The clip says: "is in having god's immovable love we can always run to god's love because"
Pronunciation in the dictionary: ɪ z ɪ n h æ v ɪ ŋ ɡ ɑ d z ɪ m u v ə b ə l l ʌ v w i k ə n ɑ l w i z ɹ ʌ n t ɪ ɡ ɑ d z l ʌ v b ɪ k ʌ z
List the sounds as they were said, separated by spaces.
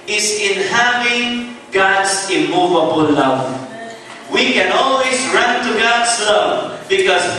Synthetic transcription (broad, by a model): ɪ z ɪ n h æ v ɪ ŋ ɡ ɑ d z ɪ m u v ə b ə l l ʌ v w i k ə n ɑ l w i z ɹ ʌ n t ɪ ɡ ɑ d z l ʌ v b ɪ k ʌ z